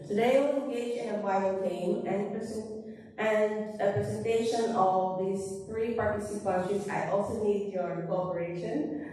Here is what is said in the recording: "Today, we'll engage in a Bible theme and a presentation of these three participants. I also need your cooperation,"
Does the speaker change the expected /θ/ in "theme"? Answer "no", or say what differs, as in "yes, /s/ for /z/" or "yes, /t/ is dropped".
yes, /t/ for /θ/